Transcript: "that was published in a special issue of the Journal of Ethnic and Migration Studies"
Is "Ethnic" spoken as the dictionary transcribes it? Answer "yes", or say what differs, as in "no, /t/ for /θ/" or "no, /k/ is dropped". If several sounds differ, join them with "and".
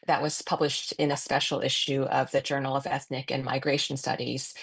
yes